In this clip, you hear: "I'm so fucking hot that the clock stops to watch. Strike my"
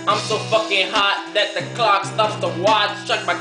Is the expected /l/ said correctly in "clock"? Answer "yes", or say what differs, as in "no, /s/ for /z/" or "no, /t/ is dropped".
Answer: yes